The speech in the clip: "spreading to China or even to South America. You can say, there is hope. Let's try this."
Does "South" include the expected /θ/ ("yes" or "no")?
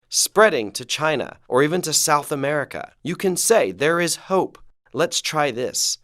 yes